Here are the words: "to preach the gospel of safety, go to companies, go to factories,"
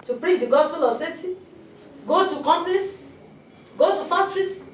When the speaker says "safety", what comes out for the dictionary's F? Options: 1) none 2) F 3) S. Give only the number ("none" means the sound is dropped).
1